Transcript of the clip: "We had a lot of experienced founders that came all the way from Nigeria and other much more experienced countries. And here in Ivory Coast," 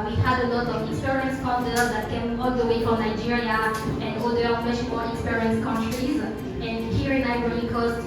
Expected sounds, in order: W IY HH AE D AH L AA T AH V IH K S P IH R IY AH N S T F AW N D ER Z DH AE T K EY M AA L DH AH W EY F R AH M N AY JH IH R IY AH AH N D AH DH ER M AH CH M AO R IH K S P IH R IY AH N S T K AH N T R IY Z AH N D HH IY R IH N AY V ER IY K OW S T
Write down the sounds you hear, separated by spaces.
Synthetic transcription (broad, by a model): W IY HH AE D AH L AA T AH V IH K S P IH R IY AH N S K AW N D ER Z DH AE T K EY M AA L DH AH W EY F R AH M N AY JH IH R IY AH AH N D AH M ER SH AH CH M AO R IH K S P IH R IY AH N S K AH N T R IY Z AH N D HH IY R IH N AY B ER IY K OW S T